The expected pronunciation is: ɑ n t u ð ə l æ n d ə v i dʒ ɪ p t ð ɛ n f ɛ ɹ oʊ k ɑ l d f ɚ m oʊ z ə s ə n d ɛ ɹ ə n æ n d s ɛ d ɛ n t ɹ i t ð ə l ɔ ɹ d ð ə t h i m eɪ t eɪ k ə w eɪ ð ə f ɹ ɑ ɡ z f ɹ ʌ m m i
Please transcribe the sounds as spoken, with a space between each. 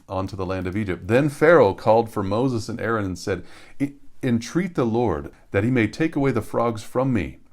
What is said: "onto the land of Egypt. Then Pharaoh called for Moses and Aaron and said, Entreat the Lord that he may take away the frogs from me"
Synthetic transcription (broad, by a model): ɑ n t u ð ə l æ n d ə v i dʒ ɪ p t ð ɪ n f ɛ ɹ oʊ k ɑ l d f ɚ m oʊ z ə s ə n ɛ ɹ ə n n s ɛ d ɛ n t ɹ i t ð ə l ɔ ɹ d ð ə t h i m eɪ t eɪ k ə w eɪ ð ə f ɹ ɑ ɡ z f ɹ ʌ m m i